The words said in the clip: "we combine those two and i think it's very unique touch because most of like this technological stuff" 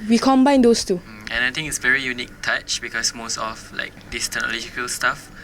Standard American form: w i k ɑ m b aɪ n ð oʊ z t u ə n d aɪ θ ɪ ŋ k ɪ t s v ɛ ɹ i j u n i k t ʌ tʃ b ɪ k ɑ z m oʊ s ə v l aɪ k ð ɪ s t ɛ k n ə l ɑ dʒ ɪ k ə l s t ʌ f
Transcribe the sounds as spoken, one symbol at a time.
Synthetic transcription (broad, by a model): w i k ɑ m b aɪ n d oʊ s t u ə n aɪ t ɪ ŋ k ɪ t s v ɛ ɹ i j u n i k t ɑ tʃ b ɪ k ɑ s m oʊ s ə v l aɪ k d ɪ s t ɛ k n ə l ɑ dʒ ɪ k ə l s t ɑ f